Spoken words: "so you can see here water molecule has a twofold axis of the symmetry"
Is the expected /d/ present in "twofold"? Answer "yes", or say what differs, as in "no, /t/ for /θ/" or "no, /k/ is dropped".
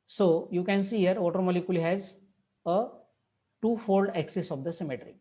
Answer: yes